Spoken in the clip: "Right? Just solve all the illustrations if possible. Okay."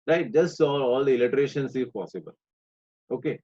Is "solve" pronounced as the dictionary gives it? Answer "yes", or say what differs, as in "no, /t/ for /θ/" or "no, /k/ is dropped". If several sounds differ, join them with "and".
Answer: no, /v/ is dropped